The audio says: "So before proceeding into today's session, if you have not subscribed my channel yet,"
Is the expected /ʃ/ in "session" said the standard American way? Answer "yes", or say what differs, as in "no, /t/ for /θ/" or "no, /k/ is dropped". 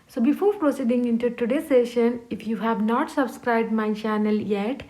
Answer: yes